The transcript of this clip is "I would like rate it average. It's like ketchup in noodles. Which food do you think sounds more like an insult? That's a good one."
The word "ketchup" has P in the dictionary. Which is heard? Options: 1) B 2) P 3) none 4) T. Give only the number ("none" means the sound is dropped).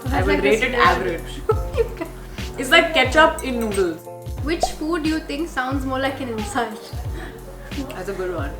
2